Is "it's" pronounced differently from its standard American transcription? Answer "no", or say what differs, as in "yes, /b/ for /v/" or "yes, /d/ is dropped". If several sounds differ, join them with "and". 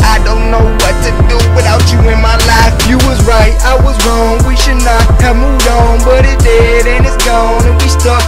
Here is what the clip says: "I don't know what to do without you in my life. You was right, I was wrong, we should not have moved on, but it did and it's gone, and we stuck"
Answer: no